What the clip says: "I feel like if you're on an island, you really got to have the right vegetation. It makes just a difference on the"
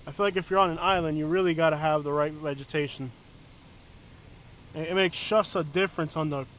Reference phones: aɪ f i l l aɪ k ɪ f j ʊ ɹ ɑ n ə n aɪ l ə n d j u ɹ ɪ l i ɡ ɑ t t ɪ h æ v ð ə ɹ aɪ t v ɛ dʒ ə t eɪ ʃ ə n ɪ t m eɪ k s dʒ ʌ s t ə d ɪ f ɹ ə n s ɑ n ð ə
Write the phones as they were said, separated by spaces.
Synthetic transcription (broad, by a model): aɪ f i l l aɪ k ɪ f j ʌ ɹ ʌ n ə n aɪ l ə n d j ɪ ɹ ɪ l i ɡ ɑ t t ɪ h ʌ v ð ə ɹ aɪ t v ɛ dʒ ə t eɪ ʃ n ɪ t m eɪ k s ʃ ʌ s ə d ɪ f ɹ ə n s n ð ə